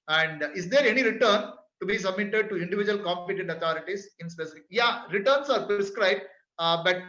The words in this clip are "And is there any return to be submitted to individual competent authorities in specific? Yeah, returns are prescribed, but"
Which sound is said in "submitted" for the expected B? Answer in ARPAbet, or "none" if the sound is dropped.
B